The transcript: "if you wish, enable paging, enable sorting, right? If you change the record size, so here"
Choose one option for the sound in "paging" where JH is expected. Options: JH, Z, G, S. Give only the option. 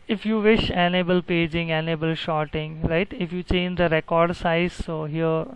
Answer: JH